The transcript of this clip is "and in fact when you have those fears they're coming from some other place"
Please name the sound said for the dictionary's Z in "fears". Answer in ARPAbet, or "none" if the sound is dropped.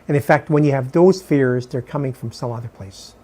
Z